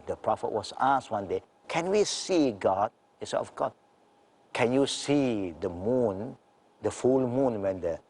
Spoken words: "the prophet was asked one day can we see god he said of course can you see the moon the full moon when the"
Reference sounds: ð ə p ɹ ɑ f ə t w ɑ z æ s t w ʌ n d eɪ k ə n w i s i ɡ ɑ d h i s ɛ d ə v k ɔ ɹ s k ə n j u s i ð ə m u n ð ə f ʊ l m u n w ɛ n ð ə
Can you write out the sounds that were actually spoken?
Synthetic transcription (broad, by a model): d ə p ɹ ɑ f ə t w ɑ s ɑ s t w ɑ n d eɪ k ə n w i s i ɡ ɑ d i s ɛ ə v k ɔ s k ə n j u s i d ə m u n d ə f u l m u n w ɛ n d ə